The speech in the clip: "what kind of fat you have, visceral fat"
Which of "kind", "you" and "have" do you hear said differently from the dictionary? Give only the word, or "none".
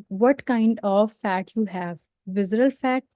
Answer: none